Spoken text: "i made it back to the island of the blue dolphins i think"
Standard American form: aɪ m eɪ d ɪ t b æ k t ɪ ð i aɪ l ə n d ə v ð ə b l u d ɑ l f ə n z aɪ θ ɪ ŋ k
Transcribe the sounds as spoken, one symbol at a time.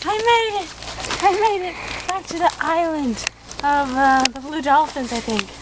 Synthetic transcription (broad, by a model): aɪ m eɪ d ɪ t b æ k t ɪ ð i aɪ l ə n d ə v ð ə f l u d ɑ l f ə n z aɪ θ ɪ ŋ k